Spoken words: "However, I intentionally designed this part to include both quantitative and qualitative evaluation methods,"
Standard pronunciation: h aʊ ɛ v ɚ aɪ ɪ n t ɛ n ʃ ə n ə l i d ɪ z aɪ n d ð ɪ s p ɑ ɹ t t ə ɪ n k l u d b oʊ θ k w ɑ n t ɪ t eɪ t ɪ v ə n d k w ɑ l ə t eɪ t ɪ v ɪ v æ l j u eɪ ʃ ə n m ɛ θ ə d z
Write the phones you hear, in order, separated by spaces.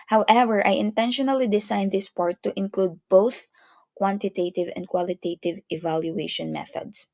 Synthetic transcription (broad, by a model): h aʊ ɛ v ɚ aɪ ɪ n t ɛ n ʃ ə n ə l i d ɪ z aɪ n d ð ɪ s p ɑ ɹ t t ɪ n k l u d b oʊ θ k w ɑ n t ɪ t eɪ t ɪ v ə n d k w ɑ l ə t eɪ t ɪ v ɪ v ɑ l j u eɪ ʃ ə n m ɛ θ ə d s